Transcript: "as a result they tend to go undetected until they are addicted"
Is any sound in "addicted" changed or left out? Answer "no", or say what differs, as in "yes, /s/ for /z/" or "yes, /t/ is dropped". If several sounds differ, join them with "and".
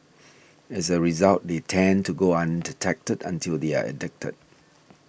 no